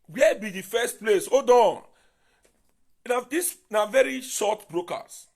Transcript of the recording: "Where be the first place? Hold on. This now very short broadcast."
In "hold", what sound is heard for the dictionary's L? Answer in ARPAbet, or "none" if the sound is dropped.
none